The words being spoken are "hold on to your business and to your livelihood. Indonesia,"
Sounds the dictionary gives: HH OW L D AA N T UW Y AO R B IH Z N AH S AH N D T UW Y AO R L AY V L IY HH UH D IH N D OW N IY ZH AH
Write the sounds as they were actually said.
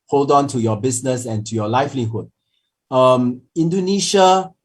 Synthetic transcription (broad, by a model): HH OW L D AA N T UW Y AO B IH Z N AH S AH N T UW Y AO L AY F L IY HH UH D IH N D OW N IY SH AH